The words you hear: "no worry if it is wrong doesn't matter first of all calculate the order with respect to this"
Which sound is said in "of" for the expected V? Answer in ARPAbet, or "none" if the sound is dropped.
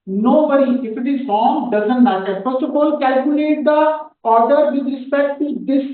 B